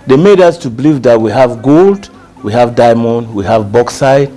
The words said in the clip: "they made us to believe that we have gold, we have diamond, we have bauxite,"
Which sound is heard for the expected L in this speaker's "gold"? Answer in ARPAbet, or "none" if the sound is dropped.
L